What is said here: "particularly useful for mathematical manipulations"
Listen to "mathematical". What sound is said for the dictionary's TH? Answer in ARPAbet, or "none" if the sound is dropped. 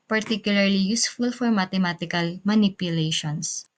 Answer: T